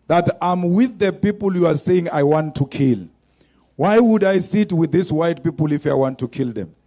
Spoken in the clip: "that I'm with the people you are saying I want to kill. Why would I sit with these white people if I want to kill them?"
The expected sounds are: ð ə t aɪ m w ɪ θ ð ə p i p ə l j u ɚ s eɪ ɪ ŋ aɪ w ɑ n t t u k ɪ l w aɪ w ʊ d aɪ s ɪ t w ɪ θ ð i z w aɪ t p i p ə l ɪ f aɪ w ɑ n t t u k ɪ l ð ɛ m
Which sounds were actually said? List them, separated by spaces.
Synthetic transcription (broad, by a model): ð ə t aɪ m w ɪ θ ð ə p i p ə l j u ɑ s eɪ ɪ ŋ aɪ w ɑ n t t u k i l w aɪ w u d aɪ s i t w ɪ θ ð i s w aɪ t p i p ə l ɪ f aɪ w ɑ n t t u k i l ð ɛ m